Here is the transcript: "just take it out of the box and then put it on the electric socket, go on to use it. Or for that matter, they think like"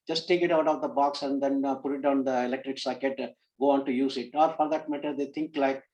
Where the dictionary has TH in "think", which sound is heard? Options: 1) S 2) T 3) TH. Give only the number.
2